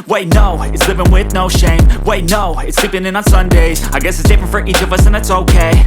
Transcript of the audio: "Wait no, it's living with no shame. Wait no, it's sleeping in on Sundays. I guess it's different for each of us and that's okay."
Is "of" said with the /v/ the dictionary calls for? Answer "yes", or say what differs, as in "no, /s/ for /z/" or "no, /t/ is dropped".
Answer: yes